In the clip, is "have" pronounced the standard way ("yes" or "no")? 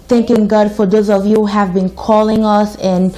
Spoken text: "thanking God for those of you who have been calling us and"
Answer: yes